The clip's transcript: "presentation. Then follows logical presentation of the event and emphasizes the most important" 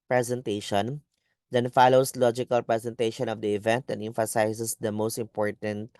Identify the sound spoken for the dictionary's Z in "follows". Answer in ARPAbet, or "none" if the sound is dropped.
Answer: S